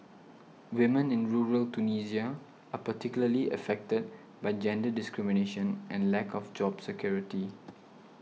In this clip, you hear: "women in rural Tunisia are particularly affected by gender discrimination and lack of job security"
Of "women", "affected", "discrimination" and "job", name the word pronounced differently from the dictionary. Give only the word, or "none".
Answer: none